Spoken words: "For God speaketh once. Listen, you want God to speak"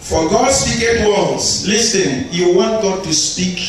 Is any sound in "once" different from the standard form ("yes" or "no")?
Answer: yes